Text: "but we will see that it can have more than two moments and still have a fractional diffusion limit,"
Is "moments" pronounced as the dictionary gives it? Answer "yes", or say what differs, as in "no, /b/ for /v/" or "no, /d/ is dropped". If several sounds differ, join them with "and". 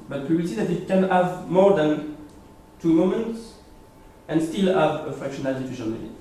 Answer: yes